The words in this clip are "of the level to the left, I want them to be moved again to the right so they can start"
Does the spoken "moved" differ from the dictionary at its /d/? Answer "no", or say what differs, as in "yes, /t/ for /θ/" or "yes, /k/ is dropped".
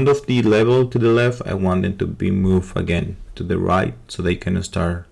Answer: yes, /d/ is dropped